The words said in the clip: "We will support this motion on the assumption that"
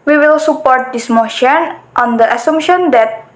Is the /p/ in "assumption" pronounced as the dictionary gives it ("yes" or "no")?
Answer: no